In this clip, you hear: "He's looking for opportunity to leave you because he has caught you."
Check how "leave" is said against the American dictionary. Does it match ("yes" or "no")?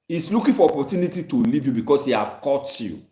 yes